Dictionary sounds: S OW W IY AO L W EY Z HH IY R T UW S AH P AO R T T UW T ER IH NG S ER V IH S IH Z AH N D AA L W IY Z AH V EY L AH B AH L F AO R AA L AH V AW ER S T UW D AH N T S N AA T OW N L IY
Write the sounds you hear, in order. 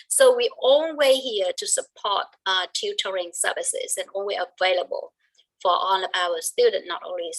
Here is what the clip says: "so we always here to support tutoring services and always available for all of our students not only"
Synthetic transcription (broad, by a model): S OW W IY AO N W EY HH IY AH T UW S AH P AO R T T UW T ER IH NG S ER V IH S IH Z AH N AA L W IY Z AH V EY L AH B AH L F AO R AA N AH P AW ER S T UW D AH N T N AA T OW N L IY